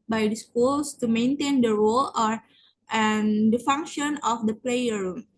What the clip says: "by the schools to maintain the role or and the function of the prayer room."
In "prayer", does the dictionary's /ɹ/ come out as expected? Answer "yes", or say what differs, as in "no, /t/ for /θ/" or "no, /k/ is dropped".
no, /l/ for /ɹ/